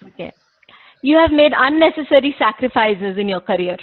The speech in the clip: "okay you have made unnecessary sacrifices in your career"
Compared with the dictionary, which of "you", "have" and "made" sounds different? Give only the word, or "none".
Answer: none